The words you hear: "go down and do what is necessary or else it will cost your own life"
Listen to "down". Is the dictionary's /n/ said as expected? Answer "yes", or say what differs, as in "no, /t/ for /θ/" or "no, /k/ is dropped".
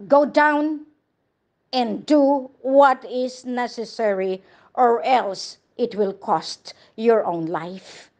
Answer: yes